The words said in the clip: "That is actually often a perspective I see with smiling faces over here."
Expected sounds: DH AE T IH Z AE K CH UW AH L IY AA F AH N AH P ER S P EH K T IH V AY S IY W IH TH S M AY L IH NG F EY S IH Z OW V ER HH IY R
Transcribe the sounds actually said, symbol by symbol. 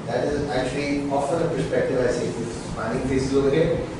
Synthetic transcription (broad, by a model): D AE T IH Z AE K CH UW AH L IY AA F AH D AH P ER S P EH K T IH V AY S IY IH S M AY N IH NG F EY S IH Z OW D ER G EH